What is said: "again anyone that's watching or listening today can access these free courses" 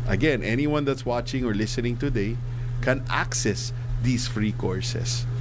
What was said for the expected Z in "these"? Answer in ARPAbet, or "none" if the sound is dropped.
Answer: S